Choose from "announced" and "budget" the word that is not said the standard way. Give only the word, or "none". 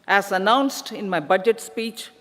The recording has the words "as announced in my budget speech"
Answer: none